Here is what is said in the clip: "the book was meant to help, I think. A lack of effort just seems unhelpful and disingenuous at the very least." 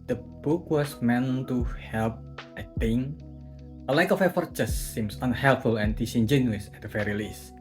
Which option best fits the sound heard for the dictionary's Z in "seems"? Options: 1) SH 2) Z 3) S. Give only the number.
3